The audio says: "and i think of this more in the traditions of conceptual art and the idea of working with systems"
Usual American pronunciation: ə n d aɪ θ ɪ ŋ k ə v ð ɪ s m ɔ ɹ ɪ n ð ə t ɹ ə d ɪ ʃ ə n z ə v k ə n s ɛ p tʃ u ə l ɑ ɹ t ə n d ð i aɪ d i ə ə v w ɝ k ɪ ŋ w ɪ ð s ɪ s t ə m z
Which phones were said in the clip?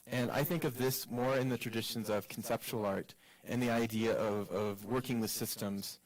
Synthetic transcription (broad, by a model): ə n aɪ θ ɪ ŋ k ə v ð ɪ s m ɔ ɹ ɪ n ð ə t ɹ ə d ɪ ʃ ə n z ə v k n s ɛ p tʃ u l ɑ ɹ t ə n ð i aɪ d i ə ə v w ɝ k ɪ ŋ w ɪ ð s ɪ s t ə m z